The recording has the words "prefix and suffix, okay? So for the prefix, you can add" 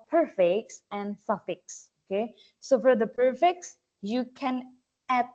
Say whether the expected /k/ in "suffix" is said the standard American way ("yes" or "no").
yes